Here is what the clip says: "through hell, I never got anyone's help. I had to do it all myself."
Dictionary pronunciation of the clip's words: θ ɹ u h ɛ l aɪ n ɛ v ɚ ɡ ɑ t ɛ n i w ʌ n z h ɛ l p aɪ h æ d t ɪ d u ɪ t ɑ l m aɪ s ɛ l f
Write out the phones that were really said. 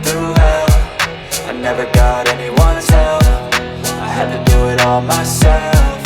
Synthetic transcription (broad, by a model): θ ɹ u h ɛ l aɪ n ɛ v ɚ ɡ ɑ t ɛ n i w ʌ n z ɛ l f aɪ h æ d t ɪ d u ɪ t ɑ l m aɪ s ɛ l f